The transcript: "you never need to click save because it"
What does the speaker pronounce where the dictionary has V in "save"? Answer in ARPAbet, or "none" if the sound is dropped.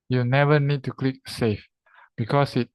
F